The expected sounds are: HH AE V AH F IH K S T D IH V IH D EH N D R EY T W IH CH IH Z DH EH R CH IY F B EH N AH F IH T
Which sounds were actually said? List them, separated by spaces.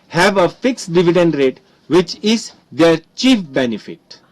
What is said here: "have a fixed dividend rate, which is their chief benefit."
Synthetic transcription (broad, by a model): HH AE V AH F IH K S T D IH V IH D EH N D R EY T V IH CH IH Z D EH R CH IY F B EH N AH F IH T